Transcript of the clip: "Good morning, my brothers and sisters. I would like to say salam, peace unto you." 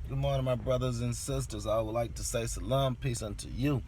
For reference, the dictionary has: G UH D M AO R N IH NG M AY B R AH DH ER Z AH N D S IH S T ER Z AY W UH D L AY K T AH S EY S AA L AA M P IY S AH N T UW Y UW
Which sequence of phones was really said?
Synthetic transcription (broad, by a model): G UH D M AO R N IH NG M AY B R AH DH ER Z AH N S IH S T ER Z AY W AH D L AY K T AH S EY S AA L AA M P IY S AH N T UW Y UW